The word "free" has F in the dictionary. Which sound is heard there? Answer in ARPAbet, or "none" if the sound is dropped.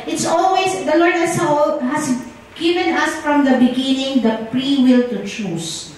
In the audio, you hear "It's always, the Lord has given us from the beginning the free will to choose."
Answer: P